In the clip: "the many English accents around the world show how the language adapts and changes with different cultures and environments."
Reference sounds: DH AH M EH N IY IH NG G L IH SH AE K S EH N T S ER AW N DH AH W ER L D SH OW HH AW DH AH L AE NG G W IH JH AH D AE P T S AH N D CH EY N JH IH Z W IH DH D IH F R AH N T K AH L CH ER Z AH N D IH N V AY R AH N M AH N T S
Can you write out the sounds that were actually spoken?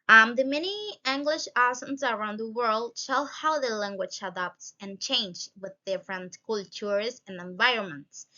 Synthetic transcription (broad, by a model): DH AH M EH N IY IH NG G L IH SH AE S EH N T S ER AW N DH AH W ER L D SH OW HH AW DH AH L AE NG G W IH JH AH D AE P T S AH N CH EY N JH W IH DH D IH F R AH N T K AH L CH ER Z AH N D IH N V AY R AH N M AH N T S